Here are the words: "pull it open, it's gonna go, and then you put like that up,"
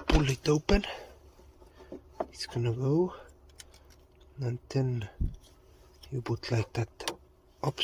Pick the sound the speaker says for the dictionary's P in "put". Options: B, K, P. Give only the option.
B